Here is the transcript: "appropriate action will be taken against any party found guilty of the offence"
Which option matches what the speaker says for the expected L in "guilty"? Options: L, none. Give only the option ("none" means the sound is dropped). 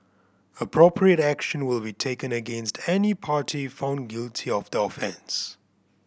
L